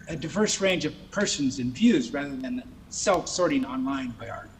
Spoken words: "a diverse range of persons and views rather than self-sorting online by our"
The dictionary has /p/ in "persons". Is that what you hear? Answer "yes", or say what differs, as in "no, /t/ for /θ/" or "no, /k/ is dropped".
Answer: yes